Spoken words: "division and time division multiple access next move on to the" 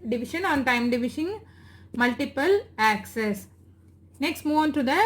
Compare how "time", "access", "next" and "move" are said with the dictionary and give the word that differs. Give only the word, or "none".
none